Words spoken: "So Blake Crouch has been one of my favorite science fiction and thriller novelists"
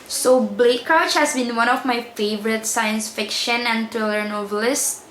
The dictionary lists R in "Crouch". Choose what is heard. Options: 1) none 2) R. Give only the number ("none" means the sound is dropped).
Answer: 1